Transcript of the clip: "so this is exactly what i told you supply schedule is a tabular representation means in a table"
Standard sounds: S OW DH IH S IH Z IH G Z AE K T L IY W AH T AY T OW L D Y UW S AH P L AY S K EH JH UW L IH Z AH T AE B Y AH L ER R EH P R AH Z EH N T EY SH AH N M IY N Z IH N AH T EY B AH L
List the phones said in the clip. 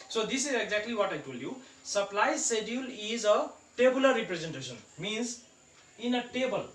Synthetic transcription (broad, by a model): S OW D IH S IH Z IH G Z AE K T L IY W AH T AY T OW L Y UW S AH P L AY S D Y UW L IH Z AH T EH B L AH IY P R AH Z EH N T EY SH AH N M IY N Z IH N AH T EY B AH L